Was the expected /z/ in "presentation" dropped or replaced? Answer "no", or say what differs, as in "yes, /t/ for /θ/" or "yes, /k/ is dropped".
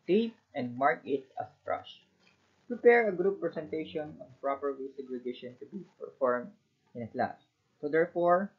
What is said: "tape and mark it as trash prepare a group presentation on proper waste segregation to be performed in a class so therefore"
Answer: yes, /s/ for /z/